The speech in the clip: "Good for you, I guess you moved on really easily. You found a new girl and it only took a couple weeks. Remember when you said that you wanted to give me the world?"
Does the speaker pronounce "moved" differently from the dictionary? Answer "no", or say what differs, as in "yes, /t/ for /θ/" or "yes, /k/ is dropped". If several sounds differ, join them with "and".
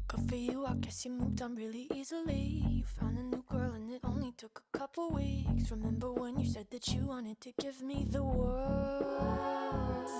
no